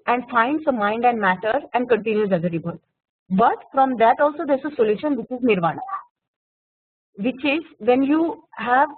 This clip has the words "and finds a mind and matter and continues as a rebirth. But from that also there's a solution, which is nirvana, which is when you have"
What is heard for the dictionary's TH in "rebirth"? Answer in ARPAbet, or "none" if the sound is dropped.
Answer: T